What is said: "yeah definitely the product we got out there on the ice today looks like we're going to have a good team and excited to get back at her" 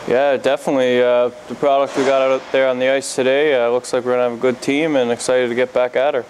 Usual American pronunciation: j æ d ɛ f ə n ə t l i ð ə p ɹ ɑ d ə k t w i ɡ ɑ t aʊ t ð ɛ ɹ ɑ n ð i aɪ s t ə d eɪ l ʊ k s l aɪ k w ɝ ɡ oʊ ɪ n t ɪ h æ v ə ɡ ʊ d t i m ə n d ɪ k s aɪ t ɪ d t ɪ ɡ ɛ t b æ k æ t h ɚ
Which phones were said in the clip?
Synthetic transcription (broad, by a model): j æ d ɛ f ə n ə t l i ð ə p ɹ ɑ d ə k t w i ɡ ɑ t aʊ t ð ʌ ɹ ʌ n ð i aɪ s t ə d eɪ l ʊ k s l aɪ k w ɝ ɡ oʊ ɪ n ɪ v ə ɡ ʊ d t i m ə n ɪ k s aɪ t ɪ d t ɪ ɡ ɛ t b æ k æ t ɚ